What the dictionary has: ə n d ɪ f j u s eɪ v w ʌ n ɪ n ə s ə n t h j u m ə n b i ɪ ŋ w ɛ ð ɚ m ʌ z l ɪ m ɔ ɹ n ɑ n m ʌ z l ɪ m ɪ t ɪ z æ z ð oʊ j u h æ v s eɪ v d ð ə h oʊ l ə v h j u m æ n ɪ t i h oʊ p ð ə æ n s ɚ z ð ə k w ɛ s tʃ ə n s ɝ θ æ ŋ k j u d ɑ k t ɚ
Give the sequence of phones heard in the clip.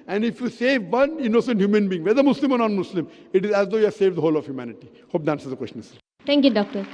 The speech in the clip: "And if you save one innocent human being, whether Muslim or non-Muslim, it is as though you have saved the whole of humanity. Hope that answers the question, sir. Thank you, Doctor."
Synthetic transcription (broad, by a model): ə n d ɪ f j u s eɪ v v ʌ n ɪ n ə s ə n t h j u m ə n b i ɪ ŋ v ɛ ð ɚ m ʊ s l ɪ m ɔ ɹ n ɑ n m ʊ s l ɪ m ɪ t ɪ z æ z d oʊ j u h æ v s eɪ v d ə h oʊ l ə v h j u m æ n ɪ t i h oʊ p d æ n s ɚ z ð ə k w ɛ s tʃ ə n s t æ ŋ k j u d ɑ k t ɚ